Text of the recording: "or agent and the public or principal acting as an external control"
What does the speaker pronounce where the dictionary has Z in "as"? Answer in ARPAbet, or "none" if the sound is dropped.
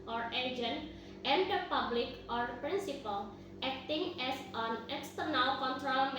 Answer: S